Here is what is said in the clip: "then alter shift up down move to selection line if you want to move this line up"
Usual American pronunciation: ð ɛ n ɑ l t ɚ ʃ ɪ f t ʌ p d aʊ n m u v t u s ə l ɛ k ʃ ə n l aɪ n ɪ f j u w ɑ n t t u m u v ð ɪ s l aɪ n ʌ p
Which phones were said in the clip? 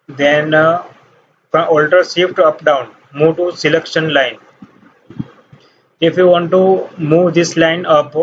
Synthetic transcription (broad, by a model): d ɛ n ɑ l t ɚ s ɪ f t ʌ p d aʊ n m u v t u s ə l ɛ k ʃ ə n l aɪ n ɪ f j u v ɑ n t t u m u v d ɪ s l aɪ n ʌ p